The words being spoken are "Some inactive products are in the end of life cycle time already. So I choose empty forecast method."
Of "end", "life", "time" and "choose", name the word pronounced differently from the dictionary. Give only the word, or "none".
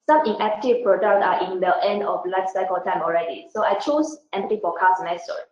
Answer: choose